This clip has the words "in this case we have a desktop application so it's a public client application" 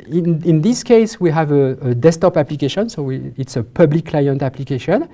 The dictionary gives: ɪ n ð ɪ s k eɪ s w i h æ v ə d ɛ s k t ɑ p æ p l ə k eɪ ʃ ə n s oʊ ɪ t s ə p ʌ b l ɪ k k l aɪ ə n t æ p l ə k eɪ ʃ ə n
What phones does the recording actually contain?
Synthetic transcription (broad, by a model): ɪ n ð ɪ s k eɪ s w i h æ v ə d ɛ s t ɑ p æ p l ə k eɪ ʃ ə n s oʊ ɪ t s ə p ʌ b l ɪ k k l aɪ ə n t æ p l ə k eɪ ʃ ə n